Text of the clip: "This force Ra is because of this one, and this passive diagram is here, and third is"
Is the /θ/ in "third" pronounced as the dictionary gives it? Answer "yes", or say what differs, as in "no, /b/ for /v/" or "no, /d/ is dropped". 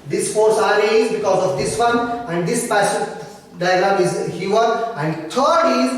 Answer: no, /t/ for /θ/